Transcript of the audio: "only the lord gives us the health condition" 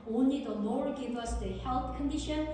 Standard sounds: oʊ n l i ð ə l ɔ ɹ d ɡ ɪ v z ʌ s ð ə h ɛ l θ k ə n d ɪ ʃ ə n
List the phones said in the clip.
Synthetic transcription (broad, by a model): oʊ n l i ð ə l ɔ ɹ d ɡ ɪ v ʌ s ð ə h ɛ l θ k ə n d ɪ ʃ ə n